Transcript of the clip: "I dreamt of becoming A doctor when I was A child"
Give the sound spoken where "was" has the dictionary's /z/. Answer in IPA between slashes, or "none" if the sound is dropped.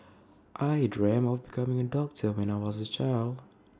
/z/